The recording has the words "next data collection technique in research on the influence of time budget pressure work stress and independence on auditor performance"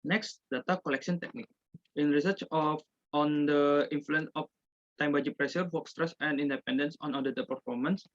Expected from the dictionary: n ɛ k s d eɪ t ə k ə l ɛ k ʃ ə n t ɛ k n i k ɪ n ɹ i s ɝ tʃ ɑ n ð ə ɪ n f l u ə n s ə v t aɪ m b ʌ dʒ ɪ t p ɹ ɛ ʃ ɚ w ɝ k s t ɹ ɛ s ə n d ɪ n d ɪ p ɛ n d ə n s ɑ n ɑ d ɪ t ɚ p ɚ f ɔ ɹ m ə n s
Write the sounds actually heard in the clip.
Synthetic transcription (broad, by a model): n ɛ k s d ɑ t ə k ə l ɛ k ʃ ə n t ɛ k n i k ɪ n ɹ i s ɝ tʃ ɑ n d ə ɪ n f l u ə n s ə f t aɪ m b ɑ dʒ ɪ p ɹ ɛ s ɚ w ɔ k s t ɹ ɛ s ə n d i n d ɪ p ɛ n d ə n s ɑ n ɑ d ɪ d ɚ p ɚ f ɔ ɹ m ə n s